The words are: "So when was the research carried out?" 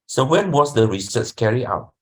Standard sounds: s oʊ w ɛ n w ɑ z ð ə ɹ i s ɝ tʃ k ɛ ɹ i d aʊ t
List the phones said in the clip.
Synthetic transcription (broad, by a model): s oʊ w ɛ n w ɑ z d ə ɹ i s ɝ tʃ k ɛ ɹ i aʊ t